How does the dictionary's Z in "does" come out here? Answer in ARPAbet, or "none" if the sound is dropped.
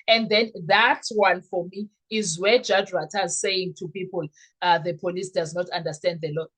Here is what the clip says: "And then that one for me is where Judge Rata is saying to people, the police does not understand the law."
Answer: Z